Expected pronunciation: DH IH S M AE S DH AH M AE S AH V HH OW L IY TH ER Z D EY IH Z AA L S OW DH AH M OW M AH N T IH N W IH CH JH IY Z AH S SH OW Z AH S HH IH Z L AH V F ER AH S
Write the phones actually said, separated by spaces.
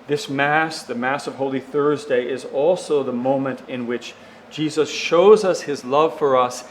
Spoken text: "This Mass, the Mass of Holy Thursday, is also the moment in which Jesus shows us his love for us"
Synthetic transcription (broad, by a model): DH IH S M AE S DH AH M AE S AH V HH OW L IY TH ER Z D EY IH Z AA L S OW DH AH M OW M AH N T IH N W IH CH JH IY Z AH S SH OW Z AH S HH IH Z L AH V F ER AH S